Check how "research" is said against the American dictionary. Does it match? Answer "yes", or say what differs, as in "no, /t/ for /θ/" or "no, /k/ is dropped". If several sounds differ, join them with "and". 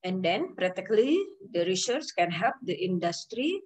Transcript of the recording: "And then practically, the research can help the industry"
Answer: no, /s/ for /tʃ/